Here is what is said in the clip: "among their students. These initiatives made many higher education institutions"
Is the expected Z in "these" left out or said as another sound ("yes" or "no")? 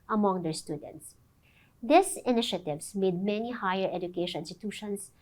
yes